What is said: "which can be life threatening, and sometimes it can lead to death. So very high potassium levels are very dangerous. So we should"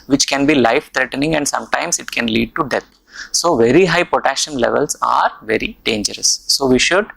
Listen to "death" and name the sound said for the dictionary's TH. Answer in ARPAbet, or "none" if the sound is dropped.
T